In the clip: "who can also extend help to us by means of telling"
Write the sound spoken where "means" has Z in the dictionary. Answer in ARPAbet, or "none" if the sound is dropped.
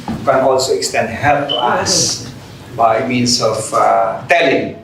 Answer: S